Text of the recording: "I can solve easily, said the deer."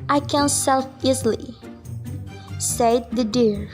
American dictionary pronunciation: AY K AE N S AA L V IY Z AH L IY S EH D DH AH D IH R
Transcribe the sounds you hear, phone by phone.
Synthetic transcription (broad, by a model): AY K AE N S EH L F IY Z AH L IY S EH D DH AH D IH R